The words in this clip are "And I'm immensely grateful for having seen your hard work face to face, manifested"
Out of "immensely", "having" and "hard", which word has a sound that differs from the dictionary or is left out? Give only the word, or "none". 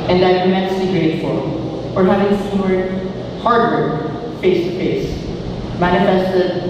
immensely